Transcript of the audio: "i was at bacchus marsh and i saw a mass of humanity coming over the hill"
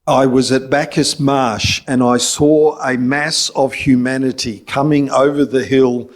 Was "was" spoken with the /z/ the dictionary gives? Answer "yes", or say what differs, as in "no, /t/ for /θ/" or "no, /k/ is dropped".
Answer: yes